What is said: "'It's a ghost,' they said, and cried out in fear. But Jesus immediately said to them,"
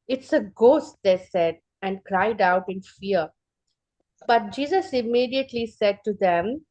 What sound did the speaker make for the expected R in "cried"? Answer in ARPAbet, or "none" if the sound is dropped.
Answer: R